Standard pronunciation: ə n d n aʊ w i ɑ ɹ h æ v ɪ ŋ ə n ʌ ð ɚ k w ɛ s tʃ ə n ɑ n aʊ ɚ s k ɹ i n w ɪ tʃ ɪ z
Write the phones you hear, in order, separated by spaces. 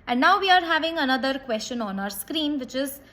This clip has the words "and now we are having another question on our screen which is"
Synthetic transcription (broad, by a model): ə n d n aʊ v i ɑ ɹ h æ v ɪ ŋ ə n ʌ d ɚ k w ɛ s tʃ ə n ɑ n aʊ ɚ s k ɹ i n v ɪ tʃ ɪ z